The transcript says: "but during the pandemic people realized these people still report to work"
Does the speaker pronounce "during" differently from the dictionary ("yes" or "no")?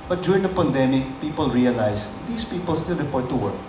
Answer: yes